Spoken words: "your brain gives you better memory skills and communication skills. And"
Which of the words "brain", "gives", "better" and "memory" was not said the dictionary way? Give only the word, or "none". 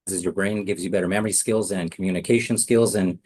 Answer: none